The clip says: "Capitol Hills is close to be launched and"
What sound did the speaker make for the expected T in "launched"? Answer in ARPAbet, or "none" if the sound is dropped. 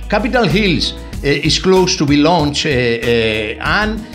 none